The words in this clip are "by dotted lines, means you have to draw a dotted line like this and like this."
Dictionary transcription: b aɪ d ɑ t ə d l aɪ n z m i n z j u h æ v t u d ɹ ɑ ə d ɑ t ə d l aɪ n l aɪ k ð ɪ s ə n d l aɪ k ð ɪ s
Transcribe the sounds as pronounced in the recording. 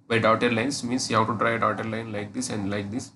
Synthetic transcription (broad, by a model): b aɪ d ɑ t ə d l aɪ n s m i n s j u h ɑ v t u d ɹ ɑ ə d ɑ t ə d l aɪ n l aɪ k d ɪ s ə n d l aɪ k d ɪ s